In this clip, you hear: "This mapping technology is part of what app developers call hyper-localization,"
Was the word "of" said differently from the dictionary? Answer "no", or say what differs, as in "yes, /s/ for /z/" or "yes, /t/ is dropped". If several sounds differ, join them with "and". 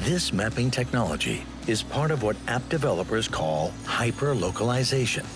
no